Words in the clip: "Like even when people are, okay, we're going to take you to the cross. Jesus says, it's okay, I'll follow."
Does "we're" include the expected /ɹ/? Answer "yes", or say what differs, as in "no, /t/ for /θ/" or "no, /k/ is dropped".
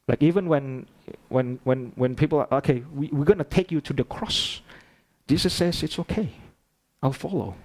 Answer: no, /w/ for /ɹ/